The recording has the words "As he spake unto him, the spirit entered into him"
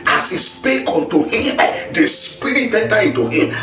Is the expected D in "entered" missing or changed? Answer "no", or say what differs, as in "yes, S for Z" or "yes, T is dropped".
yes, D is dropped